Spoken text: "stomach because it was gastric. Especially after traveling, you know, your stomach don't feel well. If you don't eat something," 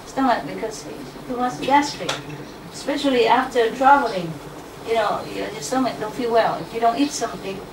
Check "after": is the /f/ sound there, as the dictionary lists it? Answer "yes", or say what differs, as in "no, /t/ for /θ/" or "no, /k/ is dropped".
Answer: yes